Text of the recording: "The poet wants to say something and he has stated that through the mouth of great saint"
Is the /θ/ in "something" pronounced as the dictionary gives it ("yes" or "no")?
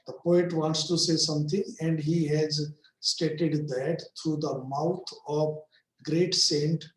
no